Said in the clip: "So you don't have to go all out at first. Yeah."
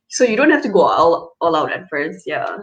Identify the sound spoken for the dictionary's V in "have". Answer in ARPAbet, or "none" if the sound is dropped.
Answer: F